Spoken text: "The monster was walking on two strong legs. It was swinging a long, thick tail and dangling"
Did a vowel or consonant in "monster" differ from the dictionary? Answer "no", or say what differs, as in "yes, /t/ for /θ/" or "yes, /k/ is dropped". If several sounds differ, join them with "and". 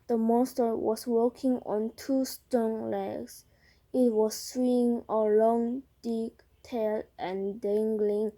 no